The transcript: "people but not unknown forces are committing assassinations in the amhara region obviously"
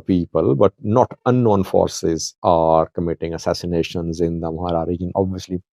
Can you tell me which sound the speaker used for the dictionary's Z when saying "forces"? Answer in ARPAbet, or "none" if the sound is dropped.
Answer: Z